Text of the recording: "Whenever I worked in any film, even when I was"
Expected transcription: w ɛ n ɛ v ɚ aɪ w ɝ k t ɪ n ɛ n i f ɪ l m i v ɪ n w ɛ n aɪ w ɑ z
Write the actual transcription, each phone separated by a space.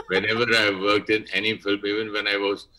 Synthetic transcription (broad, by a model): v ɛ n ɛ v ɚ aɪ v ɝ k t ɪ n ɛ n i f ɪ l m i v ɪ n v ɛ n aɪ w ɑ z